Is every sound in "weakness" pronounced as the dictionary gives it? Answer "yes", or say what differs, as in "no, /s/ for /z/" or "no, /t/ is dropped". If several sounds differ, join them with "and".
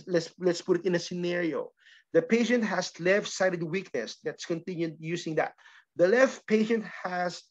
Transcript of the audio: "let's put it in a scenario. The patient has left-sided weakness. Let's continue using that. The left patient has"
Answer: no, /n/ is dropped